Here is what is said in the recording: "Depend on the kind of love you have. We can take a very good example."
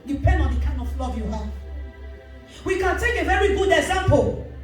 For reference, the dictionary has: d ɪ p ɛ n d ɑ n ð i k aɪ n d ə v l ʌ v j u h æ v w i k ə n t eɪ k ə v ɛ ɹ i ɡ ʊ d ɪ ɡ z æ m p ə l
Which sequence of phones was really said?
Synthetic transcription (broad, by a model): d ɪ p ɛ n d ɑ n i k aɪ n ə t l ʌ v j u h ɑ w i k ə n t eɪ k ə v ɛ ɹ i ɡ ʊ d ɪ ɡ z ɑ m p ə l